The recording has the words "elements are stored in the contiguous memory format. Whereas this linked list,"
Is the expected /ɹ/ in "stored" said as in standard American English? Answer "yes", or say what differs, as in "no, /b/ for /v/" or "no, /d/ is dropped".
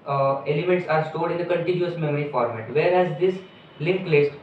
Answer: no, /l/ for /ɹ/